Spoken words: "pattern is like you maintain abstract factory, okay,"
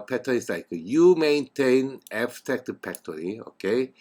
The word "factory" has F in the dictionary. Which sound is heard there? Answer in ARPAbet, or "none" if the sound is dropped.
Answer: P